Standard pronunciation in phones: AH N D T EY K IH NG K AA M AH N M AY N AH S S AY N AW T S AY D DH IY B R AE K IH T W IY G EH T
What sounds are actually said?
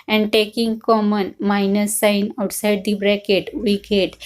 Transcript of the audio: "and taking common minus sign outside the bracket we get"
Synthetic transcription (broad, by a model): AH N D T EY K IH NG K AA M AH N M AY N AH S S AY N AW T S AY D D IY B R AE K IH T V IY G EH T